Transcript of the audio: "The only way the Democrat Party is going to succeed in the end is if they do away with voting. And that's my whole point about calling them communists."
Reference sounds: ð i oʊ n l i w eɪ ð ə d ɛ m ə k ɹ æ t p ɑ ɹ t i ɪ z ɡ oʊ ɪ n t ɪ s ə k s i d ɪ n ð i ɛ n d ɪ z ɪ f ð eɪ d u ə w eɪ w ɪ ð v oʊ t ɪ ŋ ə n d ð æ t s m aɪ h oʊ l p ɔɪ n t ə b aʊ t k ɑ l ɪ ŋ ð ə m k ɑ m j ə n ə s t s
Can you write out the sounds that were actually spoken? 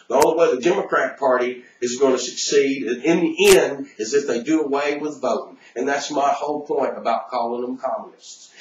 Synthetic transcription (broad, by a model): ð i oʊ l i w eɪ ð ə d ɛ m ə k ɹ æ t p ɑ ɹ t i ɪ z ɡ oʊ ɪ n t ɪ s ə k s i d ɪ n ð i ɛ n d ɪ z ɪ f ð eɪ d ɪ ə w eɪ w ɪ ð v oʊ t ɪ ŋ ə n ð æ t s m aɪ h oʊ l p ɔɪ n t ə b aʊ t k ɑ l ɪ ŋ ð ə m k ɑ m j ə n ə s t s